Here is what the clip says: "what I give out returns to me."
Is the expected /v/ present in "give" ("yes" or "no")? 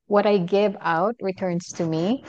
yes